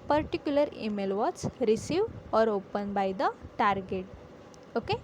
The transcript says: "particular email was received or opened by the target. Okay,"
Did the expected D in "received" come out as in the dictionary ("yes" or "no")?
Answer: no